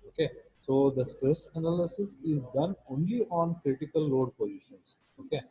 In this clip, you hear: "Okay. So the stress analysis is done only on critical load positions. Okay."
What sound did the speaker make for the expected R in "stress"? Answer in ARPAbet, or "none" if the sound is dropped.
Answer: R